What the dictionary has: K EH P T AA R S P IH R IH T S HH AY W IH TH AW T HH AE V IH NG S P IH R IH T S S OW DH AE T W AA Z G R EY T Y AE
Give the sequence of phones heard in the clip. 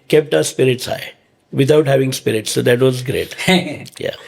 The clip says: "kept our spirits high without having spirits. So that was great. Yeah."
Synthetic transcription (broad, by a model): K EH P T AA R S P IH R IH T S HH AY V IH T AW T HH AE V IH NG S P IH R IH T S S OW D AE T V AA Z G R EY T Y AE